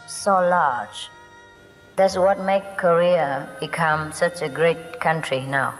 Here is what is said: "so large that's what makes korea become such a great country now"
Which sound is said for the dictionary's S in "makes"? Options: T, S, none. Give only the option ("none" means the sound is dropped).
none